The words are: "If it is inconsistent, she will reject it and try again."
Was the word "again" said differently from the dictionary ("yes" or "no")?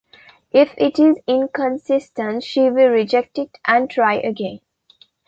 no